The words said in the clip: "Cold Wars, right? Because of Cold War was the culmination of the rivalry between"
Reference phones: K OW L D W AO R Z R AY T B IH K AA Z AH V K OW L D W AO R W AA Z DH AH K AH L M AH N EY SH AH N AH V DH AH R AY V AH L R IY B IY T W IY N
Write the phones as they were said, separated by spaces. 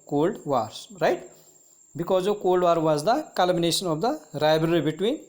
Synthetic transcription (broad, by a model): K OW L D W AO R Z R AY T B IH K AA Z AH K OW L D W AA R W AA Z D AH K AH L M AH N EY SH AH N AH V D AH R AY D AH R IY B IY T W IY N